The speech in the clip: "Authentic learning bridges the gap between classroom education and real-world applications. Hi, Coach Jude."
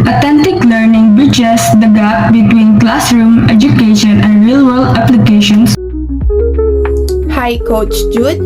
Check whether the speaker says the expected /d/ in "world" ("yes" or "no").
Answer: no